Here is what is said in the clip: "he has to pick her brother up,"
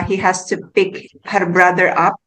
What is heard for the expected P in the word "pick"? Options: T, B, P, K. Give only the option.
P